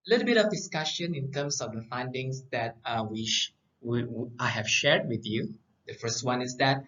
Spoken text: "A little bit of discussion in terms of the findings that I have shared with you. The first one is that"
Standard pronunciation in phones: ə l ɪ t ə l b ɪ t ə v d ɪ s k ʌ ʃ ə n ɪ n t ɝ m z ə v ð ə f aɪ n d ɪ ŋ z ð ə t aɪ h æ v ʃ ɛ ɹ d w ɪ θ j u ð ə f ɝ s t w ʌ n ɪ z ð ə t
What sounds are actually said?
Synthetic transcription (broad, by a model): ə l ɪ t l b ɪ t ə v d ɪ s k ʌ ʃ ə n ɪ n t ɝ m s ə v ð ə f aɪ n d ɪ ŋ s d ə t aɪ h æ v ʃ ɛ ɹ d w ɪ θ j u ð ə f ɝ s t w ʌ n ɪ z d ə t